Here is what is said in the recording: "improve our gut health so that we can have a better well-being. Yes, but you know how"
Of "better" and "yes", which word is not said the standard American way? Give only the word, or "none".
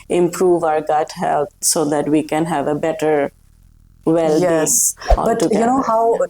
yes